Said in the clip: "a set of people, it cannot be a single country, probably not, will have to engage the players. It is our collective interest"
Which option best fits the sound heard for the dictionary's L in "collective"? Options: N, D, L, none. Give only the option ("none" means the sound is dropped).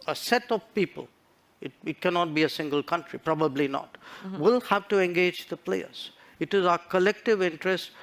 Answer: L